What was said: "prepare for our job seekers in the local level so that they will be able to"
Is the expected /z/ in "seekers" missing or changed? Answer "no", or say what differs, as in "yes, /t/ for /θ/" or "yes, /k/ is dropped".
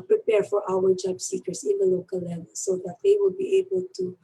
yes, /s/ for /z/